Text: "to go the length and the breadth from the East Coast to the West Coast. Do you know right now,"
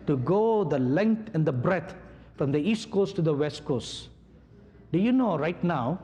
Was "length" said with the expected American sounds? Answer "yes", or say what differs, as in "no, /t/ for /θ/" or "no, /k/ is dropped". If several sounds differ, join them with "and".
no, /t/ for /θ/